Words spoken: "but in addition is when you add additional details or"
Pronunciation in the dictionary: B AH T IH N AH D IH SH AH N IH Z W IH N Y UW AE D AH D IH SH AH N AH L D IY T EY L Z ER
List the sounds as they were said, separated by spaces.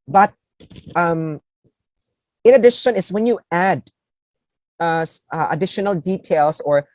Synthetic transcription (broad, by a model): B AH T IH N AH D IH SH AH N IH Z W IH N Y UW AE D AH D IH SH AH N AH L D IY T EY L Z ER